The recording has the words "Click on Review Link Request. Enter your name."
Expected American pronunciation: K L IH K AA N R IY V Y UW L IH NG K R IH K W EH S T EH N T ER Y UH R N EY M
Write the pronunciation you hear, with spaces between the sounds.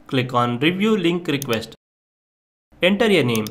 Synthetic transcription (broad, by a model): K L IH K AA N R IY V Y UW L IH NG K R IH K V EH S T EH N T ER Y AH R N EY M